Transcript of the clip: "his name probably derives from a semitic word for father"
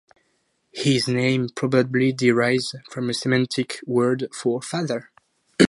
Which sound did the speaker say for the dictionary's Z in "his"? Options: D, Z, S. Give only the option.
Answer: Z